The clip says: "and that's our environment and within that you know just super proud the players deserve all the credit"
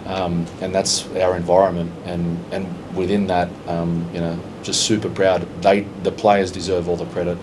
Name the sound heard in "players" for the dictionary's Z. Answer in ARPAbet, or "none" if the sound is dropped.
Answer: Z